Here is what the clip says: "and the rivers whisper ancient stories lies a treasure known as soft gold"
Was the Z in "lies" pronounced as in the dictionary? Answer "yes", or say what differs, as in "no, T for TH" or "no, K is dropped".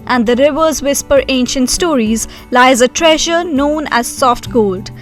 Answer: yes